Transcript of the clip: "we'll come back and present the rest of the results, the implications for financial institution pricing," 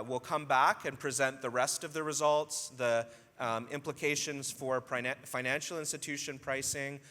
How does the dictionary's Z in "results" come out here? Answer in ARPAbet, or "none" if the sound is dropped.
Z